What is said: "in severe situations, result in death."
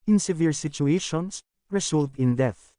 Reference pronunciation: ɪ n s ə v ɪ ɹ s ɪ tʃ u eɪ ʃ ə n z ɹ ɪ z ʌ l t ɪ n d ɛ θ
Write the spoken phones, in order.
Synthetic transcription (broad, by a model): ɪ n s ə v ɪ ɹ s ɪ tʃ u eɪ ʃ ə n s ɹ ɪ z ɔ l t ɪ n d ɛ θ